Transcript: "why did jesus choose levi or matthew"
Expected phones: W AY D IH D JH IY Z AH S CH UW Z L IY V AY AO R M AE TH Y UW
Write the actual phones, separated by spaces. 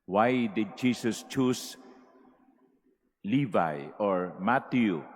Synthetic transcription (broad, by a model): W AY D IH D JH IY S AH S CH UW S L IY V AY AO R M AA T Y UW